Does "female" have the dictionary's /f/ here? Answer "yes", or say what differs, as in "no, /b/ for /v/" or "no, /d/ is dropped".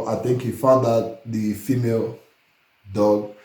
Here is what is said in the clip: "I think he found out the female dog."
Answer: yes